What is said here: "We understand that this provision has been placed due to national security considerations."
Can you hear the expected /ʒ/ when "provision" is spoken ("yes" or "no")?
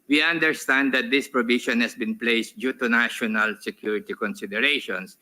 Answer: no